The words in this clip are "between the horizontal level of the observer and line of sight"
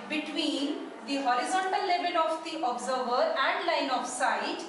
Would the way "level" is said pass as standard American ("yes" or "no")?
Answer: no